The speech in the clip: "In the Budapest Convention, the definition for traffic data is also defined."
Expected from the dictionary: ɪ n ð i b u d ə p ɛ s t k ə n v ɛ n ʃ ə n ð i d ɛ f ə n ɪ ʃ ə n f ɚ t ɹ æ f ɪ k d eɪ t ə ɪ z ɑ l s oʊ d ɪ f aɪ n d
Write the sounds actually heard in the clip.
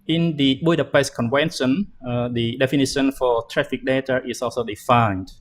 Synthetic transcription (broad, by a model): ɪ n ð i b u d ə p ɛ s k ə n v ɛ n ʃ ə n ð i d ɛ f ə n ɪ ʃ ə n f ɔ t ɹ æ f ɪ k d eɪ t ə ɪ s ɑ l s oʊ d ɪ f aɪ n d